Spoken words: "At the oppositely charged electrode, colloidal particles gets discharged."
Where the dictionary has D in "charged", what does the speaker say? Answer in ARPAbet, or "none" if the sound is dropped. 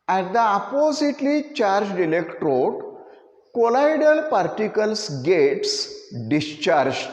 D